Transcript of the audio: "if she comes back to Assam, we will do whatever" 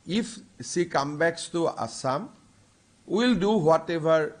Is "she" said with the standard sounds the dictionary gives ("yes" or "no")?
no